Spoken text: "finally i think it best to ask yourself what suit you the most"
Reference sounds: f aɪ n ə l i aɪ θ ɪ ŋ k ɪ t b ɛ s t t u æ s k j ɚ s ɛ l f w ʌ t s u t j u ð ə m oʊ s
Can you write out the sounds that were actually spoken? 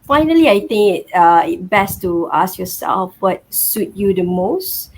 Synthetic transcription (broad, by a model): f aɪ n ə l i aɪ t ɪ ŋ k ɪ t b ɛ s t t u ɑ s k j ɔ s ɛ l f w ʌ t s u t j u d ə m oʊ s